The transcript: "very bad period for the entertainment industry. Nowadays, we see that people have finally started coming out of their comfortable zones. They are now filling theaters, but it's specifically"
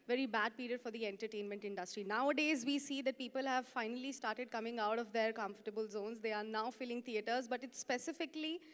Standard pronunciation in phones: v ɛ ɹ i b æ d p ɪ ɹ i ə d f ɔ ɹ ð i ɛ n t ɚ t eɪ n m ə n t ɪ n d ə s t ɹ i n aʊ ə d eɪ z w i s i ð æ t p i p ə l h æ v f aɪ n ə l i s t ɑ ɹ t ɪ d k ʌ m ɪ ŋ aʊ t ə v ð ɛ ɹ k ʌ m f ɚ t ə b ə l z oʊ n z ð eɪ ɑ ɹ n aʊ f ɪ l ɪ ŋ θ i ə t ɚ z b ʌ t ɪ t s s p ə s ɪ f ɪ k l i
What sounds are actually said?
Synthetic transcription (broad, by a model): v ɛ ɹ i b æ d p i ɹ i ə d f ɔ ɹ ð i ɛ n t ɚ t eɪ n m ə n t ɪ n d ə s t ɹ i n aʊ ə d eɪ z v i s i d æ t p i p ə l h æ v f aɪ n ə l i s t ɑ ɹ t ɪ d k ʌ m ɪ ŋ aʊ t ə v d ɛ ɹ k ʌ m f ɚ t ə b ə l z oʊ n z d eɪ ɑ ɹ n aʊ f ɪ l ɪ ŋ t i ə t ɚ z b ʌ t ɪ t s s p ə s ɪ f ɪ k l i